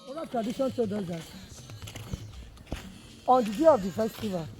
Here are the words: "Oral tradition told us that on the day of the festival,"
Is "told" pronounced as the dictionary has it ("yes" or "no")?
no